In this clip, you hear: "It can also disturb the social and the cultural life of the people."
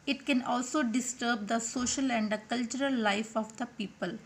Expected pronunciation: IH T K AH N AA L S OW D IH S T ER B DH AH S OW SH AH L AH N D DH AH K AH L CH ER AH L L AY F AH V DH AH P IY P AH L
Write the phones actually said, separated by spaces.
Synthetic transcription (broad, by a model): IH T K AH N AA L S OW D IH S T ER B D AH S OW SH AH L AH N D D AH K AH L CH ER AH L L AY F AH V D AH P IY P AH L